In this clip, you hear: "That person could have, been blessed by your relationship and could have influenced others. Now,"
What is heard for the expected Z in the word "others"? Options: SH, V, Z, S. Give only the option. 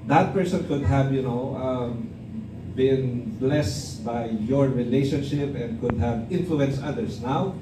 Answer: S